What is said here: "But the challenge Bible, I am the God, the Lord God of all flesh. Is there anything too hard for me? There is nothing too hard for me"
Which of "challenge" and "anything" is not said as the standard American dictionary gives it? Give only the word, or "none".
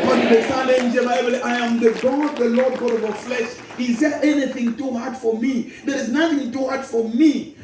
challenge